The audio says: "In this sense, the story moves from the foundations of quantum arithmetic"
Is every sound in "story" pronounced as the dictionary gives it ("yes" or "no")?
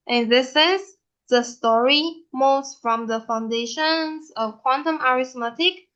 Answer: yes